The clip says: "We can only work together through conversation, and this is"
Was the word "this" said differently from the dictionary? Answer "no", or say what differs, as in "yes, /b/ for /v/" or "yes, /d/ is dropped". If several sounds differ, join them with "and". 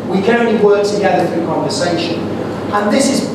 no